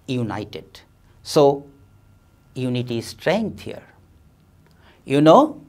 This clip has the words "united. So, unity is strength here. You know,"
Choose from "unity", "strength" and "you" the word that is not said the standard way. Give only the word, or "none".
strength